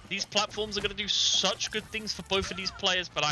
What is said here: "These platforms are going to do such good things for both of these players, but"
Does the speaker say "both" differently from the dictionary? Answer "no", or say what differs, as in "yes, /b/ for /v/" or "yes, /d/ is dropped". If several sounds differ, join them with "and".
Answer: no